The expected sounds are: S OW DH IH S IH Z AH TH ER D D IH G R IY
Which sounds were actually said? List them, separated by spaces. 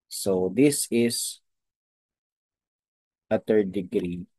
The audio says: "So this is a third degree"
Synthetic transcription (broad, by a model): S OW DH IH S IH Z AH T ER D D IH G R IY